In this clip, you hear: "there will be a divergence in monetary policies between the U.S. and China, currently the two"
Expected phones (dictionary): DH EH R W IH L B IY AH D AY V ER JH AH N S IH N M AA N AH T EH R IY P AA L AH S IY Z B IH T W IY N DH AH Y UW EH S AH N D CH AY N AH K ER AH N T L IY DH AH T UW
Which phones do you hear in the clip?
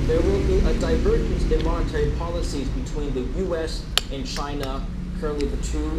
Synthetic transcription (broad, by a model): DH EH R W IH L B IY AH D AY V ER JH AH N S IH N M AA N AH T EH R IY P AA L AH S IY Z B IH T W IY N DH AH Y UW EH S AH N CH AY N AH K ER AH N T L IY DH AH T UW